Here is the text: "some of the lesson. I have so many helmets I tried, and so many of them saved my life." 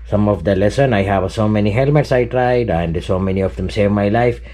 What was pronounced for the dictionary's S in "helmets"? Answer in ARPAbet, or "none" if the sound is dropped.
S